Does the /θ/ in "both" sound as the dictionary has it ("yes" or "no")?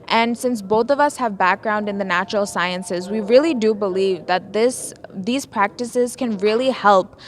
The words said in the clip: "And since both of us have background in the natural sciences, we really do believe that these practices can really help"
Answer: yes